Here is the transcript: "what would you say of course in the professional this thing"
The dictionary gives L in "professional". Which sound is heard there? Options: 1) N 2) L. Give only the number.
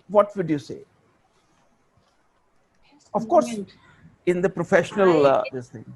2